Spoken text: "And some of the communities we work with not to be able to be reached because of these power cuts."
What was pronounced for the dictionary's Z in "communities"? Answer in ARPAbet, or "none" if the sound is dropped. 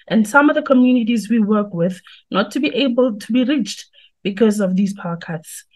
Z